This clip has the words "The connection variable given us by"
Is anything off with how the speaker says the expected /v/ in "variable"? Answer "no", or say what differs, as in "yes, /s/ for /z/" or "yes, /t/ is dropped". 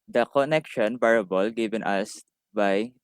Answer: yes, /b/ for /v/